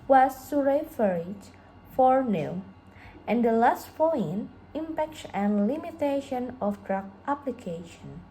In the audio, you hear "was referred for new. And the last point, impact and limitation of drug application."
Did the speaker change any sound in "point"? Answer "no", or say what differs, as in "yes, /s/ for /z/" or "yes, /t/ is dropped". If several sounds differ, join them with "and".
yes, /t/ is dropped